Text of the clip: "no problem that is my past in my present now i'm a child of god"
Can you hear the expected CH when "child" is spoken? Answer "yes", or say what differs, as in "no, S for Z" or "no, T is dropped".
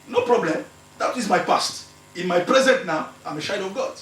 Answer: no, SH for CH